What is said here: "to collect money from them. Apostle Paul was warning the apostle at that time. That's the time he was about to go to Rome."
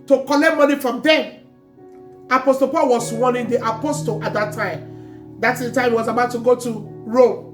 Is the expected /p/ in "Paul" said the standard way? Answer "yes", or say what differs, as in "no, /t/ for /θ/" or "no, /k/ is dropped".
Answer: yes